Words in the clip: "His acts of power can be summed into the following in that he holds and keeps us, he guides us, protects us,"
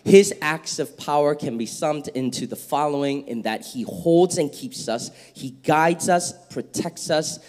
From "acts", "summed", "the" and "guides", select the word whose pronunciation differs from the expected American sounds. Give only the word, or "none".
none